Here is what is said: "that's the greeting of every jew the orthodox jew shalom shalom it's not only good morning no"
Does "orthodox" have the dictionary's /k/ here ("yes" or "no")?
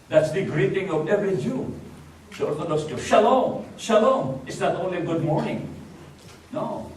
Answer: no